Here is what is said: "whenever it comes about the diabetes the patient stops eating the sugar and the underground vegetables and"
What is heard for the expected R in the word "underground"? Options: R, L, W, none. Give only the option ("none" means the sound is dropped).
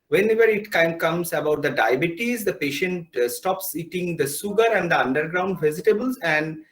R